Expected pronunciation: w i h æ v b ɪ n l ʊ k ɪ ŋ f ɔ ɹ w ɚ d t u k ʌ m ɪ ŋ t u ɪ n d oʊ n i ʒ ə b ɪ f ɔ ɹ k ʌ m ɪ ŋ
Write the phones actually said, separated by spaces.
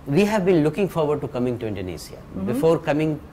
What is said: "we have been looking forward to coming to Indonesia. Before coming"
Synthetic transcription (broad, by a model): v i h æ v b ɪ n l ʊ k ɪ ŋ f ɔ ɹ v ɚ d t u k ʌ m ɪ ŋ t u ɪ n d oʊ n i s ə b ɪ f ɔ ɹ k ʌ m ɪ ŋ